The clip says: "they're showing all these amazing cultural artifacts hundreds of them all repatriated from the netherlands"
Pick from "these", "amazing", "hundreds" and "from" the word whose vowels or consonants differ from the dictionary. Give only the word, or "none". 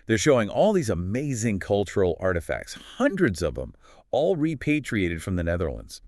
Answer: none